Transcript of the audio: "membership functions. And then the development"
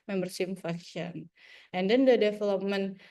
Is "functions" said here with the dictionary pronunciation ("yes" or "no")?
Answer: no